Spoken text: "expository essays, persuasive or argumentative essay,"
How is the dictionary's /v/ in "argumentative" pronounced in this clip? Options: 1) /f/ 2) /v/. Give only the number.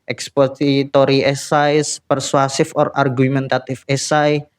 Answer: 1